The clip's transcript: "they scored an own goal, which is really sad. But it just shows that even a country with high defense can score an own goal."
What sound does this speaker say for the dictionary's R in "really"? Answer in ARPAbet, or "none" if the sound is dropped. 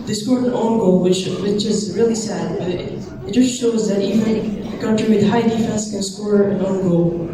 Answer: R